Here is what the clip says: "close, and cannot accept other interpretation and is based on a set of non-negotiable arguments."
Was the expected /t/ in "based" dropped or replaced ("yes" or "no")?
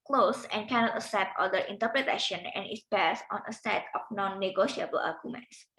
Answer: yes